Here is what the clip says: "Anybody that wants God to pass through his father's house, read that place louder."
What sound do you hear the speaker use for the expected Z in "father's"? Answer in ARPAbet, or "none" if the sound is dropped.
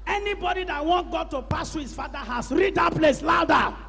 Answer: none